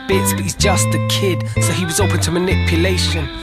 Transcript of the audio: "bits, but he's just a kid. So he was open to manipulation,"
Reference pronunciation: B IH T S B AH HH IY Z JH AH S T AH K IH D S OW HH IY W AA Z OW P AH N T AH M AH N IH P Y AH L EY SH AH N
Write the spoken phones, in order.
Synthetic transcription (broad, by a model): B IH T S B AH HH IY Z JH AH S T AH K IH D S OW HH IY W AA Z OW P AH N T AH M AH N IH P Y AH L EY SH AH N